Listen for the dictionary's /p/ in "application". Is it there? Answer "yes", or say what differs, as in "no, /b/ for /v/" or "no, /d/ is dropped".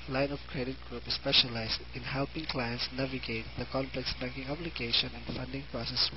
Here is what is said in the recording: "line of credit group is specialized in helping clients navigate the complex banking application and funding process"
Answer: no, /b/ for /p/